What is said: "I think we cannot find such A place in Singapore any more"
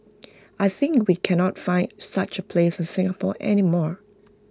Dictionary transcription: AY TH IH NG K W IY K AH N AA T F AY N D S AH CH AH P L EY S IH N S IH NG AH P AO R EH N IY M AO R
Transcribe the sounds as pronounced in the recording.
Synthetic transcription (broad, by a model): AY TH IH NG K W IY K AH N AA T F AY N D S AH CH AH P L EY S IH N S IH NG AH P AO R EH N IY M AO R